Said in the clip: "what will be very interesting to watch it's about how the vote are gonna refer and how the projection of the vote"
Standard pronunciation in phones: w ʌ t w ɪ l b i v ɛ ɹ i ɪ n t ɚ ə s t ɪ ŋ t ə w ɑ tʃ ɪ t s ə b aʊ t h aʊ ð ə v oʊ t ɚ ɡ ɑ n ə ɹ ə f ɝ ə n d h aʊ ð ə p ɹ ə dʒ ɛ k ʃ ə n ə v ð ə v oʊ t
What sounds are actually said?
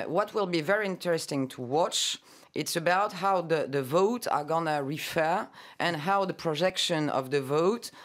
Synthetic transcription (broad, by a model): w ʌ t w ɪ l b i v ɛ ɹ i ɪ n t ɚ ə s t ɪ ŋ t ə w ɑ tʃ ɪ t s ə b aʊ t h aʊ ð ə v oʊ t ɚ ɡ ɑ n ə ɹ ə f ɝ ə n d h aʊ ð ə p ɹ ə dʒ ɛ k ʃ ə n ə v ð ə v oʊ t